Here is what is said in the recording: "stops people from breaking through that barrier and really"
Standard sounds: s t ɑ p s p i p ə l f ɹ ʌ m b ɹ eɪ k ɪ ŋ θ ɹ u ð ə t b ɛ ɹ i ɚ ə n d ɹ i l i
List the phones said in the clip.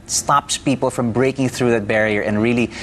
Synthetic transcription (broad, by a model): s t ɑ p s p i p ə l f ɹ ʌ m b ɹ eɪ k ɪ ŋ θ ɹ u ð ə t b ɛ ɹ i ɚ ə n ɹ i l i